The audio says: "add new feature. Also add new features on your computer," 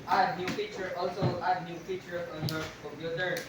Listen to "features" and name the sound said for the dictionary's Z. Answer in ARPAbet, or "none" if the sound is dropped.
none